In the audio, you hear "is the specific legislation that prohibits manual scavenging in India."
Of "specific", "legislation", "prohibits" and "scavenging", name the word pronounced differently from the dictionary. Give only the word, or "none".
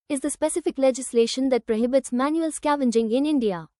none